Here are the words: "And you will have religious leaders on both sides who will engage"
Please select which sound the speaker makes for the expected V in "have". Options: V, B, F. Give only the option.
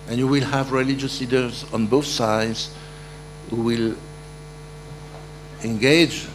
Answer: V